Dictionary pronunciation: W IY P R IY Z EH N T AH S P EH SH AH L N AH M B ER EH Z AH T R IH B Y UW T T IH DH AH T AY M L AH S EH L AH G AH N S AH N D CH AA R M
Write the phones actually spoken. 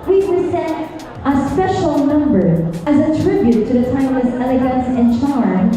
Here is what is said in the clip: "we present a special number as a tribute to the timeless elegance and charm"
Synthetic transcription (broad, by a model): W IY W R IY S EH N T AH S P EH SH L N AH M B ER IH Z AH T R IH B Y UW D T IH DH AH T AY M AH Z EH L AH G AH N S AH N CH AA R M